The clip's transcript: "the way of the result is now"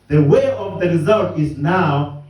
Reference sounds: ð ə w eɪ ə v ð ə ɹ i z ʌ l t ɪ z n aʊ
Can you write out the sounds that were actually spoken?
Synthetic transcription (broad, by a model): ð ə w eɪ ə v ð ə ɹ i z ʌ l t ɪ z n aʊ